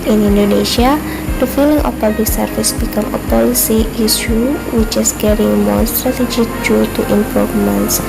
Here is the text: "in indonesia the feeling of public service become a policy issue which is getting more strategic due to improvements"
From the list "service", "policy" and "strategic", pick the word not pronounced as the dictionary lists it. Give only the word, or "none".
service